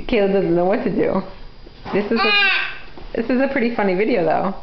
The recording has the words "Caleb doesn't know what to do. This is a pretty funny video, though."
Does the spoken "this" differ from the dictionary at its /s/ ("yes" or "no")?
no